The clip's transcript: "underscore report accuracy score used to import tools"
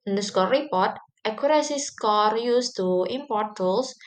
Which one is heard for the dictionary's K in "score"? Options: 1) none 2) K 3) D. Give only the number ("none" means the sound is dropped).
2